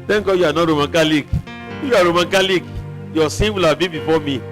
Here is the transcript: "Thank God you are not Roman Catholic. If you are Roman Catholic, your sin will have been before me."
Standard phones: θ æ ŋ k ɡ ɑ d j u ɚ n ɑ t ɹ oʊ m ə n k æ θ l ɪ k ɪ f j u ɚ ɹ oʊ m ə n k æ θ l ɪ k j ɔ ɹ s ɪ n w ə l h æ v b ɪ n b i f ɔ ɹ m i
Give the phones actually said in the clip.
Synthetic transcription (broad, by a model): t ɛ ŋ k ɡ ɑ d j u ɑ n ɑ t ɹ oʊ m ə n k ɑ l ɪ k j u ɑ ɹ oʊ m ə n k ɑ l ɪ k j ɔ s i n w ə l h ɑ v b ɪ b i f ɔ m i